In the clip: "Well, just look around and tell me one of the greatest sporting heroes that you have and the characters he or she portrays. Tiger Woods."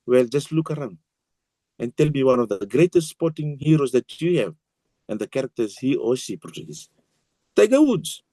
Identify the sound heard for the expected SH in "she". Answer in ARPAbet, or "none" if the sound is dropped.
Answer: S